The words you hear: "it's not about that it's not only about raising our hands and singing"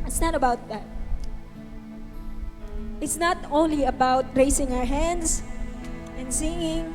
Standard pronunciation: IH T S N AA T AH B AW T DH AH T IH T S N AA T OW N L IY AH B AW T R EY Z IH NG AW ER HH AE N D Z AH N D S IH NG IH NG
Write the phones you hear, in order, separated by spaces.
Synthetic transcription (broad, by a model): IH T S N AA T AH B AW T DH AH T IH T S N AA T OW N L IY AH B AW T R EY S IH NG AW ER HH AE N D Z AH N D S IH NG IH NG